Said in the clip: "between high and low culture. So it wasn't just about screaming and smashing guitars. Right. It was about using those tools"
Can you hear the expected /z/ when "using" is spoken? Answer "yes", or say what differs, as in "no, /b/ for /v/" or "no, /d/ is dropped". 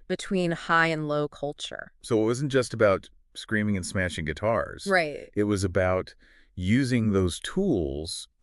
yes